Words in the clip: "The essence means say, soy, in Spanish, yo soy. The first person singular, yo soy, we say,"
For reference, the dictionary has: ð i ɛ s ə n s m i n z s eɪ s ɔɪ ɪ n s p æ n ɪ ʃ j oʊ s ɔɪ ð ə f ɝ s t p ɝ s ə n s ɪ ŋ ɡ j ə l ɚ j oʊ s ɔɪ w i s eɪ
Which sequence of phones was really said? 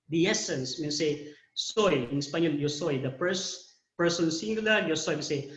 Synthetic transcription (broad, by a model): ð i ɛ s ə n s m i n s eɪ s ɔɪ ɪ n s p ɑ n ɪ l j oʊ s ɔɪ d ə p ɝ s p ɝ s ə n s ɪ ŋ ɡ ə l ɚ j oʊ s ɔɪ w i s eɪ